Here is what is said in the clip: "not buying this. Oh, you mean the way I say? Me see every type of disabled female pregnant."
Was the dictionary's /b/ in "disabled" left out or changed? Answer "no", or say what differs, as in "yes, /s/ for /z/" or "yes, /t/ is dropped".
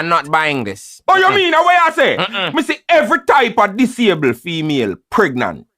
yes, /b/ is dropped